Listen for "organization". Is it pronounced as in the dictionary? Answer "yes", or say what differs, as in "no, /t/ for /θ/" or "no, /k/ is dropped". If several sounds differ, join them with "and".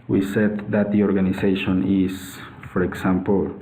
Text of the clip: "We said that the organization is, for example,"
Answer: no, /s/ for /z/